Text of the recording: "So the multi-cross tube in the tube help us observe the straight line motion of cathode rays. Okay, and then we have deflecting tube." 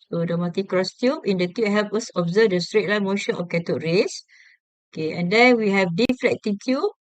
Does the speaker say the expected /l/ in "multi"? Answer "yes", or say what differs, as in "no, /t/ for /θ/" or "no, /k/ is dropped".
no, /l/ is dropped